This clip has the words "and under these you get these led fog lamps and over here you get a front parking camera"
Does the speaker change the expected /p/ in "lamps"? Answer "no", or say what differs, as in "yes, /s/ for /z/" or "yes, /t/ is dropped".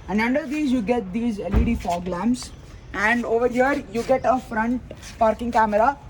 yes, /p/ is dropped